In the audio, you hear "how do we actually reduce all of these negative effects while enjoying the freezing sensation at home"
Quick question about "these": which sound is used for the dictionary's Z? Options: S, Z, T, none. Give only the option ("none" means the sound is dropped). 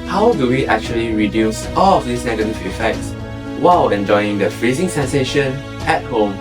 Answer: S